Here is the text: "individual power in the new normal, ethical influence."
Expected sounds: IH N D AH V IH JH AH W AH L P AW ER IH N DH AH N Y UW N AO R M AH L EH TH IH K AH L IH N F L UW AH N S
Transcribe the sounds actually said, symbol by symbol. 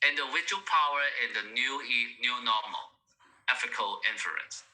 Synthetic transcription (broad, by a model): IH N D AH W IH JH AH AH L P AW ER IH N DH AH N Y UW N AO M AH L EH F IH K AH L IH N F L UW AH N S